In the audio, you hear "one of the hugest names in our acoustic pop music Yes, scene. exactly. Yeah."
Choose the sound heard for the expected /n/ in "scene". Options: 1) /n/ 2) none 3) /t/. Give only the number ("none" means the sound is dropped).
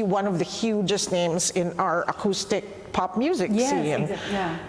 2